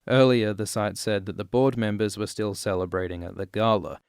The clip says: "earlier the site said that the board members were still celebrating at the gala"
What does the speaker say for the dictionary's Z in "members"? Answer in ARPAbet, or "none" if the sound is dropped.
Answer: Z